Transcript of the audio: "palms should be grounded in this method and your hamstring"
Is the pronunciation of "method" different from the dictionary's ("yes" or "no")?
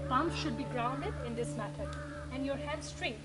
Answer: yes